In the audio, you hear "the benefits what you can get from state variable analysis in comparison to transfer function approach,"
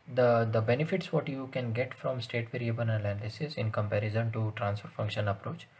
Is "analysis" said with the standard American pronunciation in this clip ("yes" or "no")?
no